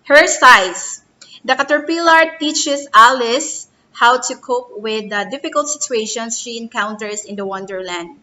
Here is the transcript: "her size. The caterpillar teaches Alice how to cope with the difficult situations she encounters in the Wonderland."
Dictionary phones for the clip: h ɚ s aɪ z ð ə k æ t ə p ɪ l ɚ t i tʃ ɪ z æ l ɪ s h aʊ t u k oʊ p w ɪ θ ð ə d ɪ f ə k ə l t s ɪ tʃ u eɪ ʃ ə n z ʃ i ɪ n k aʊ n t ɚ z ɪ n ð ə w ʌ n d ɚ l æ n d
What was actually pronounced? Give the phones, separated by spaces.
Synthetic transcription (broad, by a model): h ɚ s aɪ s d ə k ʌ t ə p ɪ l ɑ t i tʃ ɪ s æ l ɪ s h aʊ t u k oʊ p w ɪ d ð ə d ɪ f ə k ə l t s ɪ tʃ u eɪ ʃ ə n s ʃ i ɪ n k aʊ n t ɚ s ɪ n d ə w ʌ n d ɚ l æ n d